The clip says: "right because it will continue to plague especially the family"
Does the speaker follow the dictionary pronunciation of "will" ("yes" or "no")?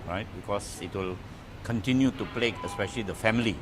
yes